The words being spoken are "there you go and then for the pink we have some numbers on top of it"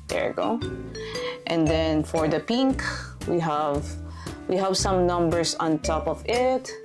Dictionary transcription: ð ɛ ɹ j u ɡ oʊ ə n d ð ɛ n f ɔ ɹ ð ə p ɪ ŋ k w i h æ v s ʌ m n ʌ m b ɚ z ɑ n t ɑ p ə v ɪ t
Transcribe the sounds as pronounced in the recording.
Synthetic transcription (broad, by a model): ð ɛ ɹ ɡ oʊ ə n d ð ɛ n f ɔ ɹ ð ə p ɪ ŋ k w i h æ v s ʌ m n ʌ m b ɚ s ɑ n t ɑ p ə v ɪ t